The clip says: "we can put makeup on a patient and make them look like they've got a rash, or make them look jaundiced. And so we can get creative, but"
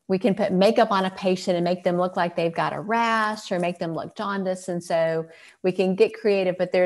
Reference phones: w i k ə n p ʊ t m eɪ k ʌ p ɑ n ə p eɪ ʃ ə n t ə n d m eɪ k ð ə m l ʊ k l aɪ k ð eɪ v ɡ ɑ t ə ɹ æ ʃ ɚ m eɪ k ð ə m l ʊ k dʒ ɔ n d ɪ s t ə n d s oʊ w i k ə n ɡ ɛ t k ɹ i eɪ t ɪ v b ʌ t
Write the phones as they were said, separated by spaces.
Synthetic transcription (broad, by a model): w i k ə n p ʊ t m eɪ k ʌ p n ə p eɪ ʃ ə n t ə n m eɪ k ð ə m l ʊ k l aɪ k ð eɪ v ɡ ɑ t ə ɹ æ s ɚ m eɪ k ð ə m l ʊ k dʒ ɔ n d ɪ s ə n s oʊ w i k ə n ɡ ɛ t k ɹ i eɪ t ɪ v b ʌ t